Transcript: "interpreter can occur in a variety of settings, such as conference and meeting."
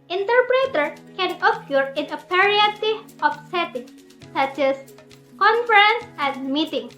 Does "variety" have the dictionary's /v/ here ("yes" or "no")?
no